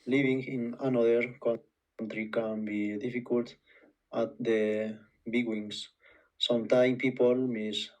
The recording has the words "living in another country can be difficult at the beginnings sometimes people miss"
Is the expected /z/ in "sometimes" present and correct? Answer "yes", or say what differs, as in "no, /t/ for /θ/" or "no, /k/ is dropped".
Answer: no, /z/ is dropped